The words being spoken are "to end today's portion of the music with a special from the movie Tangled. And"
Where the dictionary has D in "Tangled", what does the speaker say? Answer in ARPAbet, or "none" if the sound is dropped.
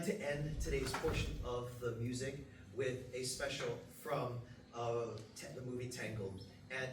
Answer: none